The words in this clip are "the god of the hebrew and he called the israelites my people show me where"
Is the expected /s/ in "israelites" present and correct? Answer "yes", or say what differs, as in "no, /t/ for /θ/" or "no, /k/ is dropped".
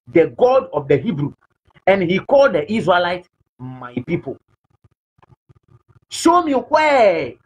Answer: no, /s/ is dropped